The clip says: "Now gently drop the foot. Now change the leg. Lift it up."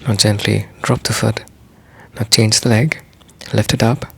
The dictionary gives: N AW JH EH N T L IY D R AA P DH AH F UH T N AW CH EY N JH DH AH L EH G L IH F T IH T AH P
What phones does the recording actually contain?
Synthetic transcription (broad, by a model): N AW JH EH N T L IY D R AA P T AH F UH T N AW CH EY N JH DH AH L EH G L IH F T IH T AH P